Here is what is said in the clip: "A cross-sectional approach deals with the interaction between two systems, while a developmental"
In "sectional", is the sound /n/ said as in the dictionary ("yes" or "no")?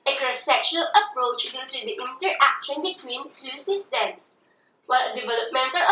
no